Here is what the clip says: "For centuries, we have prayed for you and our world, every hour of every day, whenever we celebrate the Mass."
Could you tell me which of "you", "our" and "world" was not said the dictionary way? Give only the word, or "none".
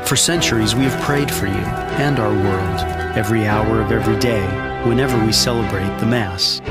none